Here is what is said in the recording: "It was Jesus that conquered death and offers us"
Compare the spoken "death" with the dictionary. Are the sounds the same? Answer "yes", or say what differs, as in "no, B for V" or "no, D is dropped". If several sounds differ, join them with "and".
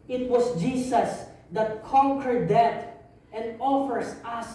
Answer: no, T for TH